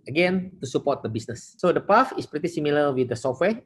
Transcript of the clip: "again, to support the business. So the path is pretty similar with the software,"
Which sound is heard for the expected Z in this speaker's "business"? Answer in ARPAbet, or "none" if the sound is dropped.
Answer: S